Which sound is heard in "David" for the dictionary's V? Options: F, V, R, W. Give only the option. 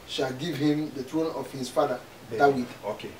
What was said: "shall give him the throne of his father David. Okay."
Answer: W